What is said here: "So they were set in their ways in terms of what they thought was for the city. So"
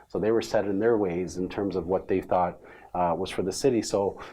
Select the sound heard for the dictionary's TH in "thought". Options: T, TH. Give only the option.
TH